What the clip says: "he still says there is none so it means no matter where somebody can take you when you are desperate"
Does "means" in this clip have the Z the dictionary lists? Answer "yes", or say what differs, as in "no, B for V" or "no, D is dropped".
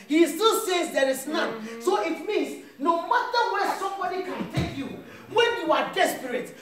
no, S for Z